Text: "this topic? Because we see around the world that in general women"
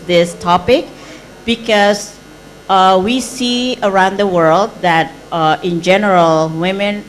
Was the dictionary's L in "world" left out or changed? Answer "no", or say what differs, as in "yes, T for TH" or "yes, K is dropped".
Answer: no